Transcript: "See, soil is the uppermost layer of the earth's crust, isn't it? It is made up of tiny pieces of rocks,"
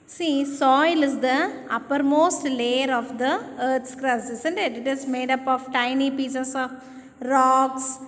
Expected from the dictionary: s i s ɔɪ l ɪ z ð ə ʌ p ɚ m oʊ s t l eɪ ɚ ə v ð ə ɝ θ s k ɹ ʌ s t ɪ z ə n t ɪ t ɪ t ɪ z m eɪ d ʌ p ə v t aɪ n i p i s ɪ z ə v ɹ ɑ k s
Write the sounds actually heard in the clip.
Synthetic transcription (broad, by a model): s i s ɔɪ l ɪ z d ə ʌ p ɚ m oʊ s t l eɪ ɚ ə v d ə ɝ t s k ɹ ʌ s ɪ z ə n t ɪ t ɪ t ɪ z m eɪ d ʌ p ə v t aɪ n i p i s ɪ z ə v ɹ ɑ k s